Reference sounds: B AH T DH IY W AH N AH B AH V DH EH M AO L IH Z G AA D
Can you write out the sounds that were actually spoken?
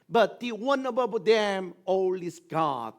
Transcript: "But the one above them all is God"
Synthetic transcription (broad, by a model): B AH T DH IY W AH N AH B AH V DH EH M AO L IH S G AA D